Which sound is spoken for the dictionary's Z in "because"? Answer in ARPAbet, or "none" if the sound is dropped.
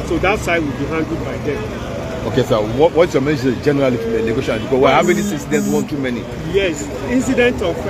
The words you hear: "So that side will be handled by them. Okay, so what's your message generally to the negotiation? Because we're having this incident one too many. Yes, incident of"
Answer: none